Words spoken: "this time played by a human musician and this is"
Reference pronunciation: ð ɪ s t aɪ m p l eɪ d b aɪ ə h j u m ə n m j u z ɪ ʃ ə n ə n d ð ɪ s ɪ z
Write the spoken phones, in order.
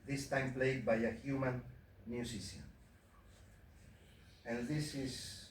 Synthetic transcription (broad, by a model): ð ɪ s t aɪ m p l eɪ d b aɪ ə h j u m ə n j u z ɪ s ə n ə n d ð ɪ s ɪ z